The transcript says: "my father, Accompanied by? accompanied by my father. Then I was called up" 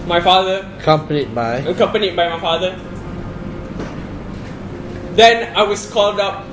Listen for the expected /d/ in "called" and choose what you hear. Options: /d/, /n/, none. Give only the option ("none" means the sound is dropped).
/d/